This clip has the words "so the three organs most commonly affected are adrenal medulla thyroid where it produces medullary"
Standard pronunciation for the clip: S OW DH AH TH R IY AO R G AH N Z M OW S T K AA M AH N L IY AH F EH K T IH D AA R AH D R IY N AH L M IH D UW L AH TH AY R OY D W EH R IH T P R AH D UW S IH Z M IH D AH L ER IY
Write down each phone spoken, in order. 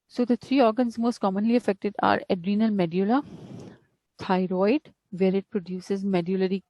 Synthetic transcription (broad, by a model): S OW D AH T R IY AO R G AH N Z M OW S T K AA M AH N L IY AH F EH K T IH D AA R AH D R IY N AH L M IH D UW L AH T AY R OY D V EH R IH T P R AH D UW S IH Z M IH D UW L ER IY